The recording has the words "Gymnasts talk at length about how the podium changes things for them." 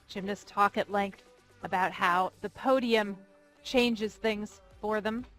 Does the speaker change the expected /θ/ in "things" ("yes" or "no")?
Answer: no